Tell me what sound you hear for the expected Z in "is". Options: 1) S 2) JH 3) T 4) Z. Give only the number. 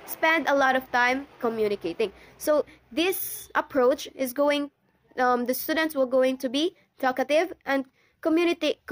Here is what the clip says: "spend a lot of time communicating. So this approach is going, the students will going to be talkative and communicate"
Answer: 4